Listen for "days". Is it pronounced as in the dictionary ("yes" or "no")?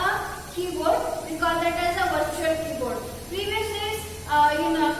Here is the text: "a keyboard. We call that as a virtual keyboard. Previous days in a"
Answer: no